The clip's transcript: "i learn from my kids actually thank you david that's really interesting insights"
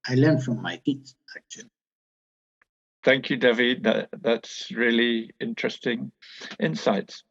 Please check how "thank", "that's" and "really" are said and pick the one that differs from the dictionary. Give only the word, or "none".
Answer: none